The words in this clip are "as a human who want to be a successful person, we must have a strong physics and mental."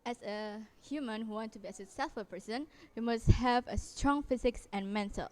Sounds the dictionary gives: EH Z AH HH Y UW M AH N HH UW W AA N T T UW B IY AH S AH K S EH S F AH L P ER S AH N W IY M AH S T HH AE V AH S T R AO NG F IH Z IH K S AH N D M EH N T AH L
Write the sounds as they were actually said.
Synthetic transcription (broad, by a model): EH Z AH HH Y UW M AH N HH UW W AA N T T UW B IY AH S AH S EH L F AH P ER S AH N W IY M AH S T HH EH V AH S T R AO NG F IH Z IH K S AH N M EH N T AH L